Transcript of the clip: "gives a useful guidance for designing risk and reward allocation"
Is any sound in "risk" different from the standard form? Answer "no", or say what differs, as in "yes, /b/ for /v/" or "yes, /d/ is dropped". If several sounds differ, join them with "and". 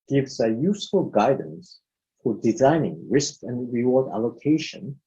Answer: no